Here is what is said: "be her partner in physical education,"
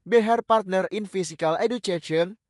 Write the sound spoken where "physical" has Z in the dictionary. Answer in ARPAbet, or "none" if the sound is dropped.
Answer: S